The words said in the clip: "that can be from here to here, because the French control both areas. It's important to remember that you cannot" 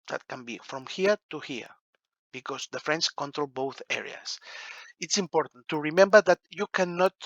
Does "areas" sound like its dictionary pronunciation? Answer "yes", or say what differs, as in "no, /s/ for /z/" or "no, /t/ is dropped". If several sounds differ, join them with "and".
no, /s/ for /z/